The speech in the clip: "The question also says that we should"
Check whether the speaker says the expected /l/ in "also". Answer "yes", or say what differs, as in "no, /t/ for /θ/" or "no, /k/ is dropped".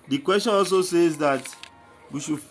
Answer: yes